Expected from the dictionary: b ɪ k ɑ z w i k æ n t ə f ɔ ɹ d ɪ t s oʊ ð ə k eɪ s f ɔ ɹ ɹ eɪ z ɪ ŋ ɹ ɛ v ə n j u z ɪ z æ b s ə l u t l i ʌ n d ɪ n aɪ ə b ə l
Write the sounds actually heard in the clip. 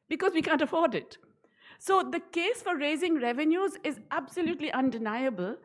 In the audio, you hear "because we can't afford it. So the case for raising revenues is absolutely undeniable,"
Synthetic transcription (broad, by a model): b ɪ k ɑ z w i k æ n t ə f ɔ ɹ d ɪ t s oʊ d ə k eɪ s f ɔ ɹ ɹ eɪ z ɪ ŋ ɹ ɛ v ə n j u z ɪ z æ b s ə l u t l i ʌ n d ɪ n aɪ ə b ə l